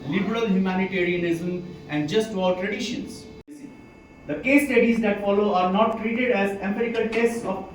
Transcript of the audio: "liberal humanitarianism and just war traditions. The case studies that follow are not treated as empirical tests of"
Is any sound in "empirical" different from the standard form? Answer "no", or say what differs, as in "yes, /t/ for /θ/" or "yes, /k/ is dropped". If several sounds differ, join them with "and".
yes, /p/ is dropped